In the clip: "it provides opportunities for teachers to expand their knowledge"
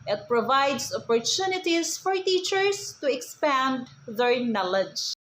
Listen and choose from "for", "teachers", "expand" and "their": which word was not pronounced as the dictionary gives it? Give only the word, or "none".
teachers